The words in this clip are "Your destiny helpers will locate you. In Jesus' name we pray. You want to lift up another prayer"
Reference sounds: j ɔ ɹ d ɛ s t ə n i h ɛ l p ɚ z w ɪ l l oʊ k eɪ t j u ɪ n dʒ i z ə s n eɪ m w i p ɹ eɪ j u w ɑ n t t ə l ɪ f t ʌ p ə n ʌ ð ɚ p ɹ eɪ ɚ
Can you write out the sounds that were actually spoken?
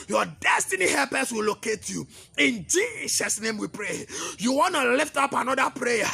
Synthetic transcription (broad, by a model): j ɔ d ɛ s t ə n i h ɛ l p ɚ s w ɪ l l oʊ k eɪ t j u ɪ n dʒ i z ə s n eɪ m w i p ɹ eɪ j u w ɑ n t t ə l ɪ f t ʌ p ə n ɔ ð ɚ p ɹ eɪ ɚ